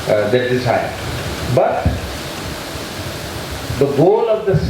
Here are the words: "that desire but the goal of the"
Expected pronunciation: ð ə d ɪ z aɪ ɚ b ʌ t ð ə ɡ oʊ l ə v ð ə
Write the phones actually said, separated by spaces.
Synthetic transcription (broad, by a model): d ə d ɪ s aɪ b ʌ t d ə ɡ oʊ l ə v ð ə